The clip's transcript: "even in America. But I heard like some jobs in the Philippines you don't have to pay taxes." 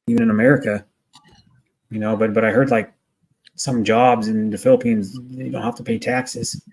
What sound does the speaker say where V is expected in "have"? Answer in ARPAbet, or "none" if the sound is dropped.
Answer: F